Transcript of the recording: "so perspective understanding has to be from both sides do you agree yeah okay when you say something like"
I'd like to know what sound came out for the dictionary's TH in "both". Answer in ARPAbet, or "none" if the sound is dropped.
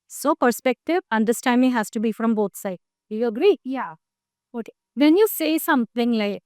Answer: T